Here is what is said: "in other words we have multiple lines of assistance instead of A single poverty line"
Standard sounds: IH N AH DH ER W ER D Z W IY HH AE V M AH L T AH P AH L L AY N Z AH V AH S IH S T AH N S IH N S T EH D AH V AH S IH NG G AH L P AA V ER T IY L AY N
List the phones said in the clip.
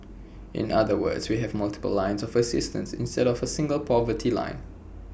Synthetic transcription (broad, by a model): IH N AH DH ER W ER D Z W IY HH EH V M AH L T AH P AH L L AY N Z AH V AH S IH S T AH N S IH N S T EH D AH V AH S IH NG G AH L P AA V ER T IY L AY N